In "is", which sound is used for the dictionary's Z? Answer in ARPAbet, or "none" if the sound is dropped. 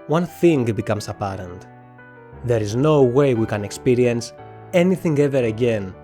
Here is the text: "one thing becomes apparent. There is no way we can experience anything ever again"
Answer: Z